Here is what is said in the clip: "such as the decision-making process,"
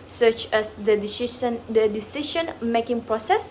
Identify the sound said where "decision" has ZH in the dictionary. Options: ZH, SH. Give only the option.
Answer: SH